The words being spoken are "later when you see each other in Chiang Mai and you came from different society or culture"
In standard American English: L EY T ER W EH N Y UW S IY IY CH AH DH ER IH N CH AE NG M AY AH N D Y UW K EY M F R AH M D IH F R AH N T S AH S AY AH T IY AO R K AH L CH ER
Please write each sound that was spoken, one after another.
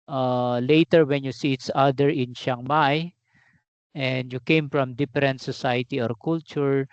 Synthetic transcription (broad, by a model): L EY T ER W EH N Y UW S IY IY S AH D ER IH N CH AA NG M AY AH N D Y UW K EY M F R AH M D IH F R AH N T S AH S AY AH T IY AO R K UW L CH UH